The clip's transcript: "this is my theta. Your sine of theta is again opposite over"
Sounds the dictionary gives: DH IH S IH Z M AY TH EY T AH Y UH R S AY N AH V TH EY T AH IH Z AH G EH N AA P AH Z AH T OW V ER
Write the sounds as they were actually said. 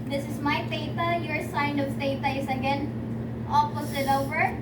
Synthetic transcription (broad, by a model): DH IH S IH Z M AY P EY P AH Y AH R S AY N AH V T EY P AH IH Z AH G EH N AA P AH S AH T OW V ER